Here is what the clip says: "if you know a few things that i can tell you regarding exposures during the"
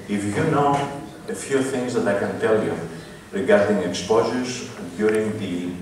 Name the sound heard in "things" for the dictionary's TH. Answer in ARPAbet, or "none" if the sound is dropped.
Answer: TH